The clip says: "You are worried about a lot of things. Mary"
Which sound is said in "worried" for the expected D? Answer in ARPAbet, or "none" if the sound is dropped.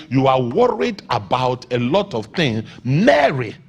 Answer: D